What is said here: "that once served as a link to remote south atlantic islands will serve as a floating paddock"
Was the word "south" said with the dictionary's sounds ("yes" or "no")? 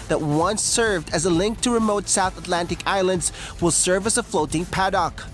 yes